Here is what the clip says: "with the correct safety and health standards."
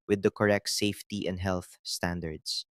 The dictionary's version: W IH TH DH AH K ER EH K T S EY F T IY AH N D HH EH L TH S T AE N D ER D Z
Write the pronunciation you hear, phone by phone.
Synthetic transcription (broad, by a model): W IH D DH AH K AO EH K T S EY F T IY AH N D HH EH L TH S T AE N D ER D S